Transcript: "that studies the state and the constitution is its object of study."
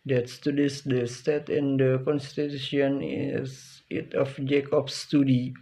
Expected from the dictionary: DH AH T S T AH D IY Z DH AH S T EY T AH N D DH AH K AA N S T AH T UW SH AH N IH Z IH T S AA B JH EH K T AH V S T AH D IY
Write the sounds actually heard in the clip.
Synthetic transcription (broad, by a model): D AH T S T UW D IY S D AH S T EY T AH N D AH K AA N S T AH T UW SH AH N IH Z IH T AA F JH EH K AH P S T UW D IY